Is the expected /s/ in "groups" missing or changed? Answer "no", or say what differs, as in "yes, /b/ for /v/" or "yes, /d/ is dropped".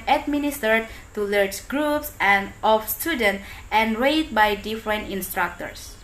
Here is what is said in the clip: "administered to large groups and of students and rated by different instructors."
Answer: no